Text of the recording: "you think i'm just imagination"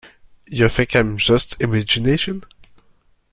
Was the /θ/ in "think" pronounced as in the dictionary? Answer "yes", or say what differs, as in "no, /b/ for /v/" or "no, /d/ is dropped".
no, /f/ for /θ/